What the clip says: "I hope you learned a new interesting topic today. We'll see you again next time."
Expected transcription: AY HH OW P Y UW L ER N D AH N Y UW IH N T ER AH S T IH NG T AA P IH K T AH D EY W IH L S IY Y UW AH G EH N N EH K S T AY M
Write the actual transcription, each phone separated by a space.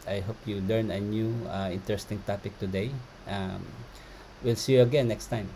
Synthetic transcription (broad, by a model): AY HH OW P Y UW L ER N AH N Y UW IH N T ER AH S T IH NG T AA P IH K T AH D EY W IH L S IY Y UW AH G EH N N EH K S T AY M